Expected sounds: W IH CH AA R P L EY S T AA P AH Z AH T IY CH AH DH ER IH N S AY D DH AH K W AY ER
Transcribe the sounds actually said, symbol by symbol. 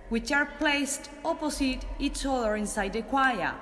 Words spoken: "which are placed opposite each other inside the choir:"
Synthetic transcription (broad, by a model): W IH CH AA R P L EY S T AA P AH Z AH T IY S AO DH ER IH N S AY D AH K W AY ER